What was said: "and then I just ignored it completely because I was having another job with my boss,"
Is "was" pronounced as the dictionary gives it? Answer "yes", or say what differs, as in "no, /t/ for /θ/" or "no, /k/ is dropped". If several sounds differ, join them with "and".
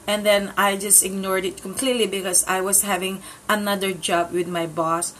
no, /s/ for /z/